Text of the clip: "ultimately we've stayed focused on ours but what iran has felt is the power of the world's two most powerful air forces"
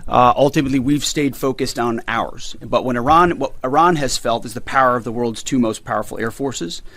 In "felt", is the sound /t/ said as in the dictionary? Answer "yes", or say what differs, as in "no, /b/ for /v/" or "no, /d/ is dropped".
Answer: yes